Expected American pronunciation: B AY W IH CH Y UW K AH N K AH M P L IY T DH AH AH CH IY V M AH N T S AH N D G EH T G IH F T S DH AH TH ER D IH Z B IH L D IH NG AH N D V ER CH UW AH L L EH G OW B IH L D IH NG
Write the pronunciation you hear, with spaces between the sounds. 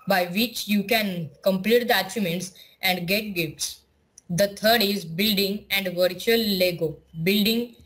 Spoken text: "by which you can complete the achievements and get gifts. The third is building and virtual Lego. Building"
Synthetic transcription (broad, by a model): B AY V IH CH Y UW K AH N K AH M P L IY T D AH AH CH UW M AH N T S AH N D G EH T G IH F T S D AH T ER D IH Z B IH L D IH NG AH N D V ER CH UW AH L L EH G OW B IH L D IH NG